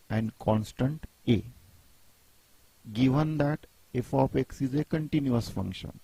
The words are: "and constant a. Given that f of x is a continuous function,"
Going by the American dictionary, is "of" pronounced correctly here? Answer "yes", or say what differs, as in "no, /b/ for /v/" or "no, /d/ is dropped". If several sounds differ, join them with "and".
no, /p/ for /v/